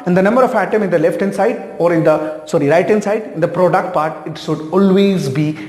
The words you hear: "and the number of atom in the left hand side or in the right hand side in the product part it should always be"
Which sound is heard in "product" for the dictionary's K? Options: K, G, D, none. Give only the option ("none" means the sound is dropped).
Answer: K